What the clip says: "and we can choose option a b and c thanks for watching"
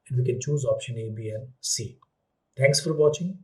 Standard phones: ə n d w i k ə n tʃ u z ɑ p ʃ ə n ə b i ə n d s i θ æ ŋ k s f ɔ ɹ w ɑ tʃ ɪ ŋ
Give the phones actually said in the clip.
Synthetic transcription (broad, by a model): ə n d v i k ə n tʃ u z ɑ p ʃ ə n ə b i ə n s i t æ ŋ k s f ɔ ɹ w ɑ tʃ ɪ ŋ